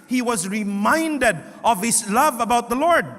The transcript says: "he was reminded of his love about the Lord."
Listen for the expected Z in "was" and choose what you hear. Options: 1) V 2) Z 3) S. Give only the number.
2